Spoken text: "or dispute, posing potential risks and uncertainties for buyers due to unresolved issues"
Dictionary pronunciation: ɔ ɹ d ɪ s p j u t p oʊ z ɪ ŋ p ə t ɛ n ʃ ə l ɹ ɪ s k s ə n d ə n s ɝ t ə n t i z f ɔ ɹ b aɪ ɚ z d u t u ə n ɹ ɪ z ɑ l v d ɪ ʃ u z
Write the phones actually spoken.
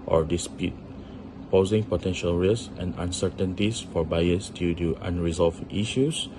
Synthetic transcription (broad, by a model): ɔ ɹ d ɪ s p j u t p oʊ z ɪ ŋ p ə t ɛ n ʃ ə l ɹ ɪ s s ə n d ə n s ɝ t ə n t i s f ɔ ɹ b aɪ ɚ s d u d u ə n ɹ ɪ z ɑ l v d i ʃ u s